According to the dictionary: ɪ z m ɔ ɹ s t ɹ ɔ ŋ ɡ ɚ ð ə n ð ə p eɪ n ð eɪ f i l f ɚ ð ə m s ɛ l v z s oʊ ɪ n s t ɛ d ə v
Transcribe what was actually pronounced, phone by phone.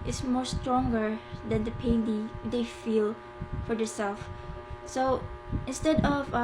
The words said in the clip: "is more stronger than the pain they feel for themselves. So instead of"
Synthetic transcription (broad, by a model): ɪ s m ɔ ɹ s t ɹ ɔ ŋ ɡ ɚ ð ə n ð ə p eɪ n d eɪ f i l f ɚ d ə s ɛ l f s oʊ ɪ n s t ɛ d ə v